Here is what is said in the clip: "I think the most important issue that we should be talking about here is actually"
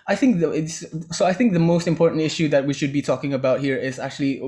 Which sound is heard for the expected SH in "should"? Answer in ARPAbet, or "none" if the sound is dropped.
SH